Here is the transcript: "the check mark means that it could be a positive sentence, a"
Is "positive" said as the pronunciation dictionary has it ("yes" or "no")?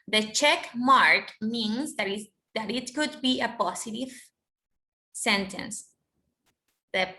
no